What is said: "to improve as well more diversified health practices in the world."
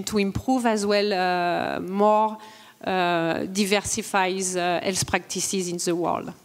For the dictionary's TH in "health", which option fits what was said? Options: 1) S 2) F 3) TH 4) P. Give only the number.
1